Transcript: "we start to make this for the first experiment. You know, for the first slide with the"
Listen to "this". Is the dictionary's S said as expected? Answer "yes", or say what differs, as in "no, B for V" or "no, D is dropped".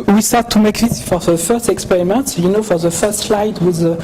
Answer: no, S is dropped